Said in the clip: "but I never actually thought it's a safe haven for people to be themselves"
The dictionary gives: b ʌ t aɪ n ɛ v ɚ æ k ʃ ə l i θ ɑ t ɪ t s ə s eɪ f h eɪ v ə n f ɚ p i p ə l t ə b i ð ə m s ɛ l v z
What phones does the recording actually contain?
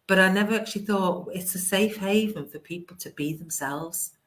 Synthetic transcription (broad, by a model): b ʌ t aɪ n ɛ v ɚ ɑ k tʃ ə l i θ ɑ t ɪ t s ə s eɪ f h eɪ v ə n f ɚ p i p ə l t ə b i ð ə m s ɛ l v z